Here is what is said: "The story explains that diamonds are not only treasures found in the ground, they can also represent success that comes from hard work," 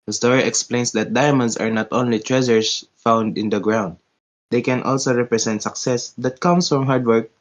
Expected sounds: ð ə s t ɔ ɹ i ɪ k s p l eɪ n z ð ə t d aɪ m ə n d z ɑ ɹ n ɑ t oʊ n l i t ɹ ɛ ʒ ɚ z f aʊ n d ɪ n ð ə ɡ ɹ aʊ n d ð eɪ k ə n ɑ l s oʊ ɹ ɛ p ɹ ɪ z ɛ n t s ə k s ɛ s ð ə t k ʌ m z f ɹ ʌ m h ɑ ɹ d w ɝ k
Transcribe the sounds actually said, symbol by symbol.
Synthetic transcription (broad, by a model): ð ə s t ɔ ɹ i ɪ k s p l eɪ n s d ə t d aɪ m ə n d s ɑ ɹ n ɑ t oʊ n l i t ɹ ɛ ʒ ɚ s f aʊ n d ɪ n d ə ɡ ɹ aʊ n d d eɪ k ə n ɑ l s oʊ ɹ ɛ p ɹ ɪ s ɛ n t s ə k s ɛ s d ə t k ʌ m s f ɹ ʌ m h ɑ ɹ d w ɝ k